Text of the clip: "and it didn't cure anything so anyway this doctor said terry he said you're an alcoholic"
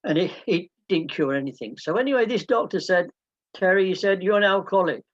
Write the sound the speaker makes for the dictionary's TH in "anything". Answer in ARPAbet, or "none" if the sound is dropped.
TH